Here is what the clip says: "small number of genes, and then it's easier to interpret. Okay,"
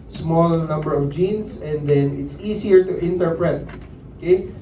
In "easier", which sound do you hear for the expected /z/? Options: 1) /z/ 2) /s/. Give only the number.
2